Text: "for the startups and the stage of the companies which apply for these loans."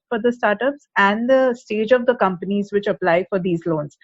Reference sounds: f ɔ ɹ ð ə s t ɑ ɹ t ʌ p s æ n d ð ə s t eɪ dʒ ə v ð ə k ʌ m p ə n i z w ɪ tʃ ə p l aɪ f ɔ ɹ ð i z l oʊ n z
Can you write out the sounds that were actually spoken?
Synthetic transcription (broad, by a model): f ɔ ɹ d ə s t ɑ ɹ t ʌ p s æ n d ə s t eɪ dʒ ə v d ə k ʌ m p ə n i z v ɪ tʃ ə p l aɪ f ɔ ɹ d i z l oʊ n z